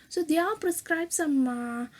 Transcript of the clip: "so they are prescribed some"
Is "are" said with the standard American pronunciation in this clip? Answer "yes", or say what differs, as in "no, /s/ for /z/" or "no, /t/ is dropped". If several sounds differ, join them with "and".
no, /l/ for /ɹ/